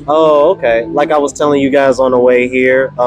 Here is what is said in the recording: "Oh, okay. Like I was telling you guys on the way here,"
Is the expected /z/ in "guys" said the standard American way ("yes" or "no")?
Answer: yes